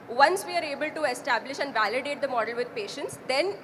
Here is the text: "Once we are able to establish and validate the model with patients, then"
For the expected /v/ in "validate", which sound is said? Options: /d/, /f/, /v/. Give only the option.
/v/